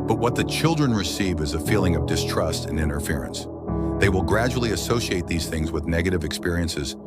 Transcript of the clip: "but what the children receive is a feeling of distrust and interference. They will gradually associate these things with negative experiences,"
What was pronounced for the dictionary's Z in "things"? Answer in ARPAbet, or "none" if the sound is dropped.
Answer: Z